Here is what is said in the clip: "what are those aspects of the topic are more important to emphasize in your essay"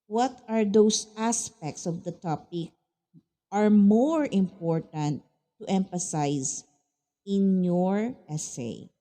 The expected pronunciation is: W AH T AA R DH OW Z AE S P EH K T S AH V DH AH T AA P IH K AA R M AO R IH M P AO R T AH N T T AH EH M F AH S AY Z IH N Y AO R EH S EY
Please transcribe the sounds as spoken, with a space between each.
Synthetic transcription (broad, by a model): W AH T AA R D OW S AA S P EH K T S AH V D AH T AA P IH K AA R M AO R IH M P AO R T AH N T T EH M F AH S AY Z IH N Y AO R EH S EY